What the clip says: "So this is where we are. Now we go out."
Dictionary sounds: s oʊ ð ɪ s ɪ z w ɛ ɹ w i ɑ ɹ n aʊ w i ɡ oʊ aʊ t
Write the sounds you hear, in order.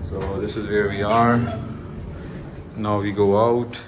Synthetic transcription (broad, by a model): s oʊ ð ɪ s ɪ z w ɛ ɹ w i ɑ ɹ n aʊ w i ɡ oʊ aʊ t